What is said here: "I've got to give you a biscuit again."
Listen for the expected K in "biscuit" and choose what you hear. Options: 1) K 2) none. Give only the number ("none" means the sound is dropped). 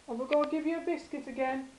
1